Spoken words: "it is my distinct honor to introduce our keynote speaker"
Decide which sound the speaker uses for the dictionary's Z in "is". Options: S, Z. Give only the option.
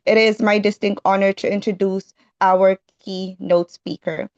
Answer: Z